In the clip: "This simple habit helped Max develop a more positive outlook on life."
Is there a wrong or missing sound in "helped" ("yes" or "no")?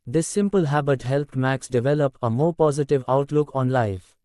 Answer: no